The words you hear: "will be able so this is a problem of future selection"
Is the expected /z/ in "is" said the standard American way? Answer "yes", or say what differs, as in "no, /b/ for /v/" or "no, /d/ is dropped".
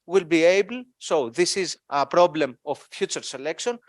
yes